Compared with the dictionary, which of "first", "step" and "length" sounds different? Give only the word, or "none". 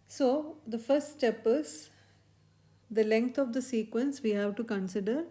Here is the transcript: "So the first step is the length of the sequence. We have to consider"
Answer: length